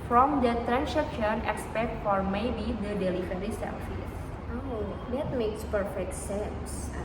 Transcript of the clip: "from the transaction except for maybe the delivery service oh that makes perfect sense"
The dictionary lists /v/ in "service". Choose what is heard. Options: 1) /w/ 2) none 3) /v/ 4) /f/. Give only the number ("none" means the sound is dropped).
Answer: 4